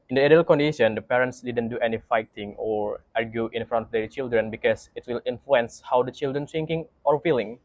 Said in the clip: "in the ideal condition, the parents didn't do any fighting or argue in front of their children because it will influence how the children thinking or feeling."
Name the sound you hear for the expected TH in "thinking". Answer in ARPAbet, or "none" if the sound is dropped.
S